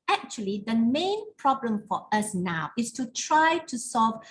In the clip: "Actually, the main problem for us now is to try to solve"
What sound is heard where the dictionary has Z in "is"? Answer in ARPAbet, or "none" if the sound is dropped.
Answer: S